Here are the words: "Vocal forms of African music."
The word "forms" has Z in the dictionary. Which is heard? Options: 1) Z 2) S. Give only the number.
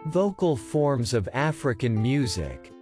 1